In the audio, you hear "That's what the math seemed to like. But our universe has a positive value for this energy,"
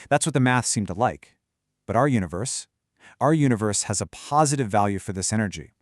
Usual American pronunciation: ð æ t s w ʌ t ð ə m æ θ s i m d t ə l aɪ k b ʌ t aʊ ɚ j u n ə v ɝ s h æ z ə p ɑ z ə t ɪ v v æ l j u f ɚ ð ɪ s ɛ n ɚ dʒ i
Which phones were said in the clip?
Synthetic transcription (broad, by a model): ð æ t s w ʌ t ð ə m æ θ s i m t ə l aɪ k b ʌ t aʊ ɚ j u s ə v ɝ s h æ z ə p ɑ z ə t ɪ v v æ l j u f ɚ ð ɪ s ɛ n ɚ dʒ i